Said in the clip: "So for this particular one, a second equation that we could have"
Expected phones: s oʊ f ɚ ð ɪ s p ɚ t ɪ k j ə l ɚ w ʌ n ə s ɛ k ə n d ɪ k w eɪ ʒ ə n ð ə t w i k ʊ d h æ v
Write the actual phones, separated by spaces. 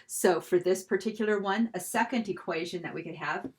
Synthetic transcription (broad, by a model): s oʊ f ɚ ð ɪ s p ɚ t ɪ k j l ɚ w ʌ n ə s ɛ k ə n d ɪ k w eɪ ʒ ə n ð ə t w i k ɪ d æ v